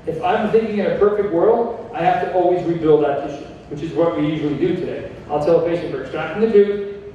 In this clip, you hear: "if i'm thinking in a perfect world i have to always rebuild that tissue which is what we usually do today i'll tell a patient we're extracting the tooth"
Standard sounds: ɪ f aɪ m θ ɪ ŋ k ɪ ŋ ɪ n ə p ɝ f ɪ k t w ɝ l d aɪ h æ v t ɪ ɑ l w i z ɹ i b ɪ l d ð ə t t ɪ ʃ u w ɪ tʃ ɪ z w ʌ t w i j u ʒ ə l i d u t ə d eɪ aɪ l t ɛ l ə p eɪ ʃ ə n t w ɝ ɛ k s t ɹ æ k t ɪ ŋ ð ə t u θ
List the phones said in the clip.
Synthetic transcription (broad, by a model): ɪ f aɪ m θ ɪ ŋ k ɪ ŋ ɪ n ə p ɝ f ɪ k t w ɝ l d aɪ h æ f t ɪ ɑ l w i z ɹ i b ɪ l d ð ə t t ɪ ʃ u w ɪ tʃ ɪ z w ʌ t w i j u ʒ l i d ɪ t ə d eɪ aɪ l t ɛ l ə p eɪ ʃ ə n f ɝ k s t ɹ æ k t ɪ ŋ ð ə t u